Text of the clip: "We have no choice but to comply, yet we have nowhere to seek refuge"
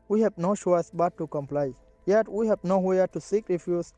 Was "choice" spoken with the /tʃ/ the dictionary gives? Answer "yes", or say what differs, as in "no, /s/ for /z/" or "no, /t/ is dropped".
no, /ʃ/ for /tʃ/